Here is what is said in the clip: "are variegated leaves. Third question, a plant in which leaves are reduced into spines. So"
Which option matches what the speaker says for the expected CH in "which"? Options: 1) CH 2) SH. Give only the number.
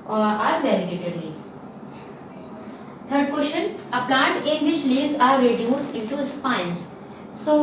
2